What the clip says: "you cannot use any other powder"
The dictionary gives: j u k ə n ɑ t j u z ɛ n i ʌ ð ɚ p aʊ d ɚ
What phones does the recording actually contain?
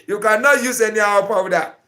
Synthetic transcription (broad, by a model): j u k ə n ɑ t j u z ɛ n i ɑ ɚ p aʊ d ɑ